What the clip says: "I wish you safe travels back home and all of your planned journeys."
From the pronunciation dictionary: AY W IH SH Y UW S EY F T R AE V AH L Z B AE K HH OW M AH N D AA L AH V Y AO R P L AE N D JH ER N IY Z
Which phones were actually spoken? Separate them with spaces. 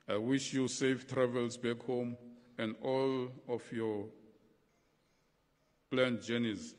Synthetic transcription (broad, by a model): AY W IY SH Y UW S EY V T R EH V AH L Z B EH K HH OW M AH N D AA L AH F Y AO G L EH N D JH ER N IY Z